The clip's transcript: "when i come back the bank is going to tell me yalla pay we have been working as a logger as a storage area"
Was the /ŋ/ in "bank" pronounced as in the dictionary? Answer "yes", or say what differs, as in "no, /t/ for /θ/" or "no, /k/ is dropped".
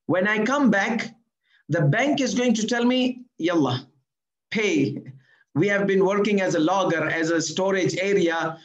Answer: yes